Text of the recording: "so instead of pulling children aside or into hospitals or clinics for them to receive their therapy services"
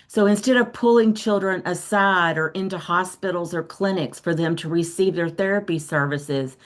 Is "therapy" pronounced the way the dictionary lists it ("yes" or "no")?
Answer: yes